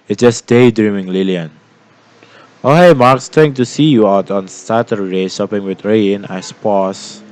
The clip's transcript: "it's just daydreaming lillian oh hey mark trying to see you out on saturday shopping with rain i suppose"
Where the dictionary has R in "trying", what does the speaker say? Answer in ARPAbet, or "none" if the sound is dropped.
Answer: none